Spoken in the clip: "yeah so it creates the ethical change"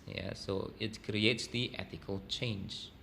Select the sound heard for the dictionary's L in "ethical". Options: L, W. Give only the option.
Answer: L